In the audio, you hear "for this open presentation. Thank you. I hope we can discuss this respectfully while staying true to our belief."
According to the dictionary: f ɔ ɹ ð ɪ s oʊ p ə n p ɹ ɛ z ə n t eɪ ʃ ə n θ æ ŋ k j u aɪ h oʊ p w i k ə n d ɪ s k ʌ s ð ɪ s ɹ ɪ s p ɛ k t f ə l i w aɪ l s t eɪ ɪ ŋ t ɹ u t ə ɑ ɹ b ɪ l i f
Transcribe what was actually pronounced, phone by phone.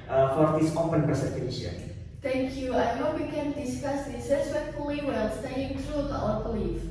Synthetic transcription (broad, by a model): f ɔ ɹ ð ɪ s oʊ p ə n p ɛ s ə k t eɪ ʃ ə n t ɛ ŋ k j u aɪ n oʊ w i k ə n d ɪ s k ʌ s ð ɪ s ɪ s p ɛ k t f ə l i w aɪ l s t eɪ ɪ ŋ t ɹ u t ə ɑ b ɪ l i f